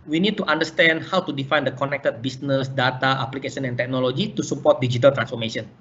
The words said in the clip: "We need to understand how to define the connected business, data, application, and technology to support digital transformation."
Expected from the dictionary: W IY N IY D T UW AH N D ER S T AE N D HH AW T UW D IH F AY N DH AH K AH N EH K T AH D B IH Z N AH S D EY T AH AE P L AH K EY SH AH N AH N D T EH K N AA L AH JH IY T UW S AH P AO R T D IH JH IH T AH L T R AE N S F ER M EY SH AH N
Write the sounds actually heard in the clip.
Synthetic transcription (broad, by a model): W IY N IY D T UW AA N D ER S T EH N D HH AW T UW D IH F AY N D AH K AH N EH K T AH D B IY S N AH S D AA T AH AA P L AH K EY S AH N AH N T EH K N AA L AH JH IY T UW S AH P AO R T D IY JH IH T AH L T R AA N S F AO M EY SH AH N